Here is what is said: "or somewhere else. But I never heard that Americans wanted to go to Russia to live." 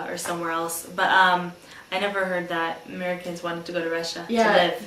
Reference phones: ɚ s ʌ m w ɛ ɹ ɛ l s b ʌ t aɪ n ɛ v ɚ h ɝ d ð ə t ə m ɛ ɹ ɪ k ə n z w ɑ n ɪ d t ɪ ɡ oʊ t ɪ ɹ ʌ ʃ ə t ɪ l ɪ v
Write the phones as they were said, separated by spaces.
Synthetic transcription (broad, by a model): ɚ s ʌ m w ɛ ɹ ɛ l s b ʌ t aɪ n ɛ v ɚ h ɝ d ð ə t ə m ɛ ɹ ɪ k ə n z w ɑ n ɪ d t ɪ ɡ oʊ t ɪ ɹ ʌ ʃ ə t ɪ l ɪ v